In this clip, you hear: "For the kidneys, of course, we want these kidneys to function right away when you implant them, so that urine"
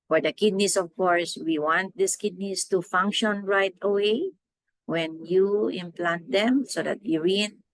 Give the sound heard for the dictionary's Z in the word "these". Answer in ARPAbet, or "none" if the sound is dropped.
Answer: S